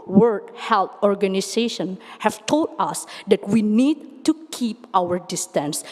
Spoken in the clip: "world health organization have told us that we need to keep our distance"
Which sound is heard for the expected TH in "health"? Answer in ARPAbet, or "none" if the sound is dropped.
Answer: T